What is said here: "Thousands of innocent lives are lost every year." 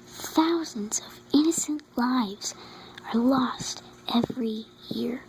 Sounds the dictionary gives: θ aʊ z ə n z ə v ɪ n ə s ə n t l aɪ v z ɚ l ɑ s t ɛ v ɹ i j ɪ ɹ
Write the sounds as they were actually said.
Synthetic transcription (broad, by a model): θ aʊ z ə n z ə v ɪ n ə s ə n t l aɪ v z ɚ l ɑ s t ɛ v ɹ i j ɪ ɹ